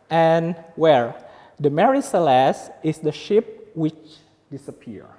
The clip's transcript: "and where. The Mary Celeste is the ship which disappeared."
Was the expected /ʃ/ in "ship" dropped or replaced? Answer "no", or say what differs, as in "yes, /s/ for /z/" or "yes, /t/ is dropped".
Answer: no